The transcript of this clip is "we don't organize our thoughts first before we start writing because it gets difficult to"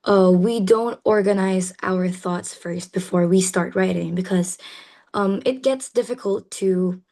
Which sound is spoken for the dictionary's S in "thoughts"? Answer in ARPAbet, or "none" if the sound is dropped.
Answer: S